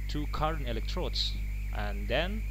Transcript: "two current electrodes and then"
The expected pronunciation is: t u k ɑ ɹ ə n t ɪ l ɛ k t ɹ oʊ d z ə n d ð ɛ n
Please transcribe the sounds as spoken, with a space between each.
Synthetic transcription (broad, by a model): t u k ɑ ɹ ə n ɪ l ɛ k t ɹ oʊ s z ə n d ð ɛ n